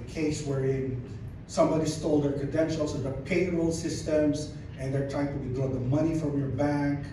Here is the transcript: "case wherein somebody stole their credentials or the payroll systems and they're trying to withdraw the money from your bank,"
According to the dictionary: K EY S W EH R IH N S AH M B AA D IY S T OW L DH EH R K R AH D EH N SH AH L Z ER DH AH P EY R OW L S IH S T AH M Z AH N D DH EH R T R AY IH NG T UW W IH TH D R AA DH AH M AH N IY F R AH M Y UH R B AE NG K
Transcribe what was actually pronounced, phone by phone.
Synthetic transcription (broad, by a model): K EY S W EH R IH N S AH M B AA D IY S T OW L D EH R K AH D EH N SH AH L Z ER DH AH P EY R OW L S IH S T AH M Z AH N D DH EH R T R AY IH NG T UW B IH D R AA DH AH M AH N IY F R AH M Y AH R B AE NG K